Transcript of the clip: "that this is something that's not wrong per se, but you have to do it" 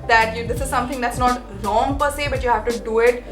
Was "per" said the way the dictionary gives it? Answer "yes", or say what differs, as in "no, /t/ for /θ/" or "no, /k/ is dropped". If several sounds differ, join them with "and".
yes